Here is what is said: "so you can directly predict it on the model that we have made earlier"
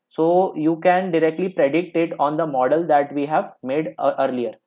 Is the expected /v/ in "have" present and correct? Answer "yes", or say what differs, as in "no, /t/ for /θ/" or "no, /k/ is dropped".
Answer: yes